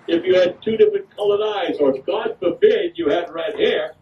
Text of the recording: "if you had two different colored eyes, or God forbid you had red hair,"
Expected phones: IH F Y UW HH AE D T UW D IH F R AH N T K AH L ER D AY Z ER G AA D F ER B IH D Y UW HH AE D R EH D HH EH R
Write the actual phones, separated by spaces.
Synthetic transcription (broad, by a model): IH F Y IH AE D T UW D IH F R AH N K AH L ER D AY Z ER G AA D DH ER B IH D Y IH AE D R EH D HH EH R